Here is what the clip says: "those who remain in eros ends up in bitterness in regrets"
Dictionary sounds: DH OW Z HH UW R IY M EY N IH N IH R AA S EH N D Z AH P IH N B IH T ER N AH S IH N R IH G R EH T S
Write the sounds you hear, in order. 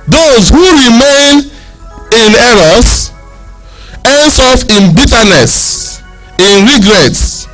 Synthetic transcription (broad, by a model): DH OW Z HH UW R IY M EY N IH N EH R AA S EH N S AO F IH N B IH T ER N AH S IH N R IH G R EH T S